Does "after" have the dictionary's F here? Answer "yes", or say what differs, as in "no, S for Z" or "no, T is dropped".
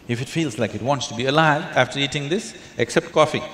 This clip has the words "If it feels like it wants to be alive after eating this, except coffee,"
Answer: yes